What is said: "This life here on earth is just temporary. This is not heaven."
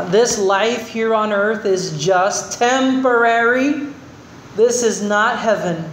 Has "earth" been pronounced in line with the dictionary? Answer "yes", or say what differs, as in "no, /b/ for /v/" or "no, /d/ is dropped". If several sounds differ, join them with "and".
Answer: yes